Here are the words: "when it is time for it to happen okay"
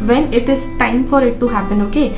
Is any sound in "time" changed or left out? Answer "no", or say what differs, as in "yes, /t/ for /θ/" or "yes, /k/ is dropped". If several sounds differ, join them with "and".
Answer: no